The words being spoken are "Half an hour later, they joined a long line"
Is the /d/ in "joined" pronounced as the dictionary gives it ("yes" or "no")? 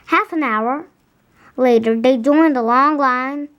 yes